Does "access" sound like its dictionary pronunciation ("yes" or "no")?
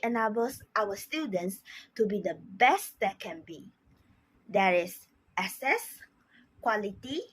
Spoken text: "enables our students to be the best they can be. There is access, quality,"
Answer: no